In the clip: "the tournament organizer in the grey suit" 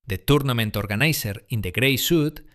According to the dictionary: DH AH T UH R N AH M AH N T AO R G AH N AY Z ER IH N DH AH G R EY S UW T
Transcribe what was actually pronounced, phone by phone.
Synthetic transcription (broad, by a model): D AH T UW R N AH M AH N T AO R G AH N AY S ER IH N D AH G R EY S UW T